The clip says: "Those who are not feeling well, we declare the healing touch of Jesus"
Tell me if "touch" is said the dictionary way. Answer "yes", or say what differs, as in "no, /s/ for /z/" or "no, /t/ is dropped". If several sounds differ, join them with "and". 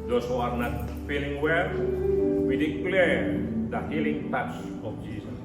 no, /s/ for /tʃ/